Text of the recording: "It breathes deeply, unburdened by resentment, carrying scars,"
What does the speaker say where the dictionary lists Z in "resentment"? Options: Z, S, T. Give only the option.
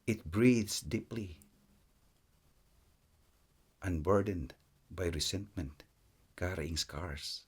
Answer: S